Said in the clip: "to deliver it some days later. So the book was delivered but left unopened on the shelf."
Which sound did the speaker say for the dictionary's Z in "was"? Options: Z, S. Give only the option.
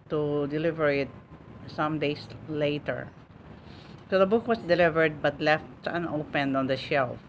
S